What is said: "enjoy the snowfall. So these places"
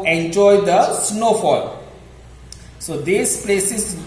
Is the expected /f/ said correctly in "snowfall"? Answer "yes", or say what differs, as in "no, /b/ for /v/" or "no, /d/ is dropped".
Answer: yes